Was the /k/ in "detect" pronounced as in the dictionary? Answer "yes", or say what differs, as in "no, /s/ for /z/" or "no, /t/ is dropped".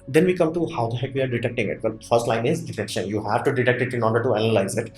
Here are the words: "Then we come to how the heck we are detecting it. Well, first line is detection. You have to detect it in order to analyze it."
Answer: yes